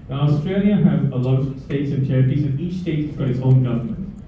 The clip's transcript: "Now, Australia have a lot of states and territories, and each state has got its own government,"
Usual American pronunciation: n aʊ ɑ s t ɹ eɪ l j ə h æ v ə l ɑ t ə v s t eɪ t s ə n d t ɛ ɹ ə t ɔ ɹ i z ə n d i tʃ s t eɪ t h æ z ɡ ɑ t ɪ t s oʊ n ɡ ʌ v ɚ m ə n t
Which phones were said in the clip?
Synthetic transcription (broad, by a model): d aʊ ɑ s t ɹ eɪ l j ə h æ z ə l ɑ ə s t eɪ t s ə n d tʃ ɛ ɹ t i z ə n i tʃ s t eɪ t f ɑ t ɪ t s oʊ n ɡ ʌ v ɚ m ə n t